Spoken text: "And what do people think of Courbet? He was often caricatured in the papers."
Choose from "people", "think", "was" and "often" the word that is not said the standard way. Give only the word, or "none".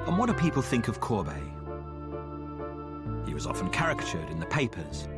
none